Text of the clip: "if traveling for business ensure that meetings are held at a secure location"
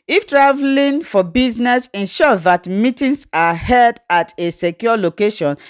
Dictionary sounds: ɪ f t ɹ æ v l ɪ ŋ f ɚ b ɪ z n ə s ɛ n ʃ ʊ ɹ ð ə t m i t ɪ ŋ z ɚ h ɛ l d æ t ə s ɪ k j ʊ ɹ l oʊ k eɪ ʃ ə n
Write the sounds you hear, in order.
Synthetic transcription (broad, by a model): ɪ f t ɹ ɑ v l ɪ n f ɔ b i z n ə s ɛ n ʃ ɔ ð ə t m i t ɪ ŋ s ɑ h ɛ d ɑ t ə s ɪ k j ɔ l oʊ k eɪ ʃ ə n